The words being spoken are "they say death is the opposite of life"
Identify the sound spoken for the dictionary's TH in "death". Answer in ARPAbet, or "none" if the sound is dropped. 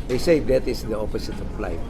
T